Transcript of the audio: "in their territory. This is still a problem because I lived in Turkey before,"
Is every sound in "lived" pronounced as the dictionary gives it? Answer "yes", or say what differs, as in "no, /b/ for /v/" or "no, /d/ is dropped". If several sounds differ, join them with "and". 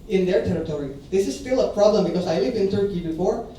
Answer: no, /d/ is dropped